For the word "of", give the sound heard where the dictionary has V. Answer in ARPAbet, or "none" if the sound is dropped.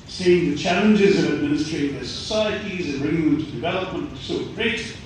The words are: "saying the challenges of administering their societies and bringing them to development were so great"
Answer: V